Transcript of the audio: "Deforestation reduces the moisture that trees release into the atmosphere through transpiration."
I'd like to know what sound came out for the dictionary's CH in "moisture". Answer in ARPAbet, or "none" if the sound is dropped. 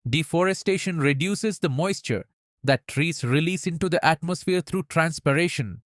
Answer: CH